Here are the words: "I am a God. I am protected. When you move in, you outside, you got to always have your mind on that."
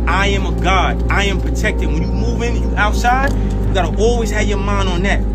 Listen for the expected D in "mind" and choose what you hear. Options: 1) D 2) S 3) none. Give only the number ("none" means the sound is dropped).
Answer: 3